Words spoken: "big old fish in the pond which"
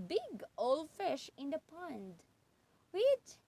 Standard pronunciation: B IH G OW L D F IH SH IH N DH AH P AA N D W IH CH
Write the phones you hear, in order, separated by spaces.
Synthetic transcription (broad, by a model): B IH G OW L F IH SH IH N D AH P AA N D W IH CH